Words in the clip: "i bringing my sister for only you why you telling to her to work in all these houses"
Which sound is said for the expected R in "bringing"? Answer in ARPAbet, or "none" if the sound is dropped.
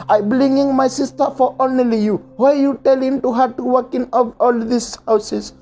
L